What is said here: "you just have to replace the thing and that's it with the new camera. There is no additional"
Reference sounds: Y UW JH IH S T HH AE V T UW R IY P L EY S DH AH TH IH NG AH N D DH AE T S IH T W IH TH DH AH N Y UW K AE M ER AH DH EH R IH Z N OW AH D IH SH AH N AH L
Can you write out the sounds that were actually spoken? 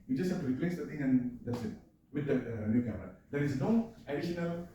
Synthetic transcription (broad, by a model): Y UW JH IH S T HH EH F T UW R IY P L EY S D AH T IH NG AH N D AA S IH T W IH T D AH N Y UW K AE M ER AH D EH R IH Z N OW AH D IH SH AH N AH L